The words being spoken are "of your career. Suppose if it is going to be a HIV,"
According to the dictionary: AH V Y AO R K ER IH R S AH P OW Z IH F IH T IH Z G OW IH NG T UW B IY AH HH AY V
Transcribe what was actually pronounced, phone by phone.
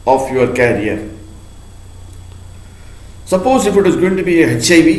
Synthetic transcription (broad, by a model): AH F Y AO R K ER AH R S AH P OW Z IH F IH T IH Z G OW IH NG T UW B IY AH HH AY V